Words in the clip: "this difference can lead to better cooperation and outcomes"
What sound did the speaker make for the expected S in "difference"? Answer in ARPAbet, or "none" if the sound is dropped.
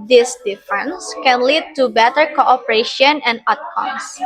S